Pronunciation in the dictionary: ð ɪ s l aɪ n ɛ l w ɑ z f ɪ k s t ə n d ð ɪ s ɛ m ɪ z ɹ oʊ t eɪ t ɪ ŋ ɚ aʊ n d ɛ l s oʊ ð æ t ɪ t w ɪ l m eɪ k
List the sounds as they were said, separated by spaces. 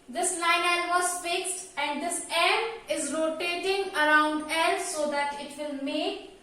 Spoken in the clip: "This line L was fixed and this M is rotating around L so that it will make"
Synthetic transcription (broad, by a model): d ɪ s l aɪ n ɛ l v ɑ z f ɪ k s t ə n d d ɪ s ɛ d ɪ z ɹ oʊ t eɪ t ɪ ŋ ɚ aʊ n d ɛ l s oʊ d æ t ɪ t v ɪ l m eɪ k